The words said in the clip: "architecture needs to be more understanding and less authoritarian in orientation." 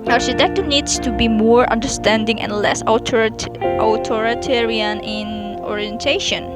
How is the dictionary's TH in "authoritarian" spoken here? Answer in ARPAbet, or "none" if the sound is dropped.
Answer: T